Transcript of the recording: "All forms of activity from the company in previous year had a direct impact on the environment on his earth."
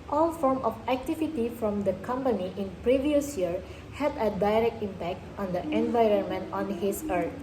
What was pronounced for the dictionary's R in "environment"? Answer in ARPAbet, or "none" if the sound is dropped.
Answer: R